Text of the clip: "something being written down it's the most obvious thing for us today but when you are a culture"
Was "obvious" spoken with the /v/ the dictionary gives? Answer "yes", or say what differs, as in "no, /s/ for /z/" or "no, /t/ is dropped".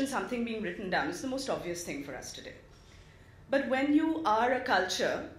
yes